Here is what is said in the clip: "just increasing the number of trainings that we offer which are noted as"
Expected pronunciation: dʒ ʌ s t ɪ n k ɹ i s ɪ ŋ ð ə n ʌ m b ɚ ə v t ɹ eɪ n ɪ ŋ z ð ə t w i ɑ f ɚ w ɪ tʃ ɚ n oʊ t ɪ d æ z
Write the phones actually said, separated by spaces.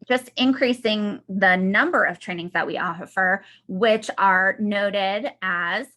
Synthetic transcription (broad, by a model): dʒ ʌ s t ɪ n k ɹ i s ɪ ŋ ð ə n ʌ m b ɚ ə v t ɹ eɪ n ɪ ŋ z ð ə t w i ɑ f ɚ w ɪ tʃ ɚ n oʊ t ɪ d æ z